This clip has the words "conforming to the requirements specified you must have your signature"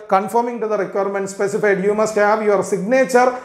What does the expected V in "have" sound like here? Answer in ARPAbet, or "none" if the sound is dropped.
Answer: V